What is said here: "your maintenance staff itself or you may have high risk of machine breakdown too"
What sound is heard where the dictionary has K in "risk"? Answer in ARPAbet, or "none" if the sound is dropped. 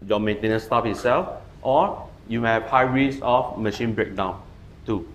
none